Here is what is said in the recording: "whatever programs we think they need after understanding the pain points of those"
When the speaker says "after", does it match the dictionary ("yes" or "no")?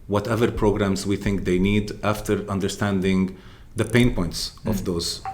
yes